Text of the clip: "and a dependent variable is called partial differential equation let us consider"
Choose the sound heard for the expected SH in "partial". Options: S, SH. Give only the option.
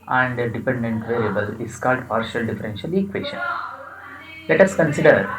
SH